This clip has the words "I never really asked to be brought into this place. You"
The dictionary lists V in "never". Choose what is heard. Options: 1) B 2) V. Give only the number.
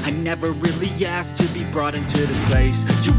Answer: 2